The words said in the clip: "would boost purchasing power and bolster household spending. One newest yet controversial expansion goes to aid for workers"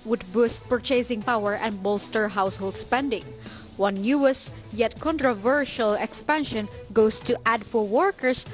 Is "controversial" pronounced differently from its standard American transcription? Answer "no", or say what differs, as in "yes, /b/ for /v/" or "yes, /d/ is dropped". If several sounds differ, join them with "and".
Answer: no